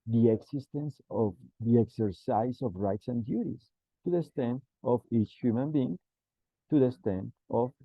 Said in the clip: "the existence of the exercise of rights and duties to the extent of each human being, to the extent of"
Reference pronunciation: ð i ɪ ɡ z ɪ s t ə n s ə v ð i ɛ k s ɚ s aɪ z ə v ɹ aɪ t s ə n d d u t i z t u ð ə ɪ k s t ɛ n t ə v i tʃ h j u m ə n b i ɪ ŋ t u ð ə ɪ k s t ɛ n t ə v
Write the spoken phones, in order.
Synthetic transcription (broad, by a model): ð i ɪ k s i s t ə n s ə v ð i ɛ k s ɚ s aɪ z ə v ɹ aɪ t s ə n d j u t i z t u ð ə s t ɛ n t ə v i tʃ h j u m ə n b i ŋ t u ð ə s t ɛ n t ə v